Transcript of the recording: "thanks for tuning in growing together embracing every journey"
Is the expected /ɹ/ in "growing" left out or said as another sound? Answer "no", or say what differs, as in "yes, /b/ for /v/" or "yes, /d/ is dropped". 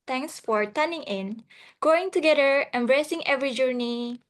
yes, /ɹ/ is dropped